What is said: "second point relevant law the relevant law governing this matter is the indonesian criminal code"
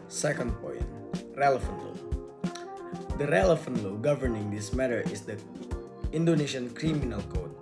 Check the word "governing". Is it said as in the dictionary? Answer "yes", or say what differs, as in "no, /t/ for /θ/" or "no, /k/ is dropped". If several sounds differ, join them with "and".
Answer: yes